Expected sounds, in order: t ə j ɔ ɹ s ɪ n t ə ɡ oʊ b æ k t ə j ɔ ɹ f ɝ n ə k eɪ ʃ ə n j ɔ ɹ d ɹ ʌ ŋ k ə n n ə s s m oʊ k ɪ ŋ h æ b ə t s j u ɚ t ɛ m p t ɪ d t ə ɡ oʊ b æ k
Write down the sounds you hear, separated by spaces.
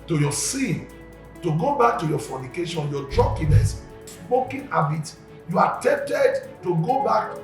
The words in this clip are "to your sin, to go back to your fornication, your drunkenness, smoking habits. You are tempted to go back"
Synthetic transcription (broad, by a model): t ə j ɔ s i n t ə ɡ oʊ b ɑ k t ə j ɔ f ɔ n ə k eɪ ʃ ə n j ɔ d ɹ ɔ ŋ k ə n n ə s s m oʊ k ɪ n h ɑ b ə t j u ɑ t ɛ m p t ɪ d t ə ɡ oʊ b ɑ k